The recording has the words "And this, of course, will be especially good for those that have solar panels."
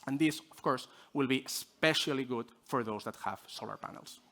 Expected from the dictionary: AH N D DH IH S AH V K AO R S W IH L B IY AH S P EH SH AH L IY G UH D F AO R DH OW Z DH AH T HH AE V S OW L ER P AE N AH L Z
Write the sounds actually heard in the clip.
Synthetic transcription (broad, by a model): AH N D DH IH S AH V K AO R S W IH L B IY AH S P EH SH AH L IY G UH D F AO R DH OW Z DH AH T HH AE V S OW L ER P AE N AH L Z